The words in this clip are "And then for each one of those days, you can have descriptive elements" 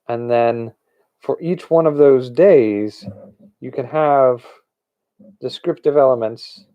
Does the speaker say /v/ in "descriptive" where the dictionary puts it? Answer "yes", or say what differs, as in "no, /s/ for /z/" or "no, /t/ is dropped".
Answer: yes